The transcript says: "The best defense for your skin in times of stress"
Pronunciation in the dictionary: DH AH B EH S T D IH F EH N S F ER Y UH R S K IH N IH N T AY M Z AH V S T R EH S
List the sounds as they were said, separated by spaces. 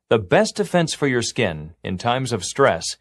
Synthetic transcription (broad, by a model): DH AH B EH S T D IH F EH N S F ER Y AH R S K IH N IH N T AY M Z AH V S T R EH S